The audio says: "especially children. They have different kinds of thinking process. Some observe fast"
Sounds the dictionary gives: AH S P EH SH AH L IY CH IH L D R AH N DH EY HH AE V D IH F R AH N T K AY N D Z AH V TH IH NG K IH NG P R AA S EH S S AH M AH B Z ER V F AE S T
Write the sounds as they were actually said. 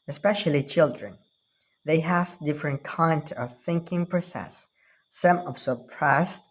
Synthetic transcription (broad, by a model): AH S P EH SH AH L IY CH IH L D R AH N DH EY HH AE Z D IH F R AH N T K AY N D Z AH V TH IH NG K IH NG P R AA S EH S S AH M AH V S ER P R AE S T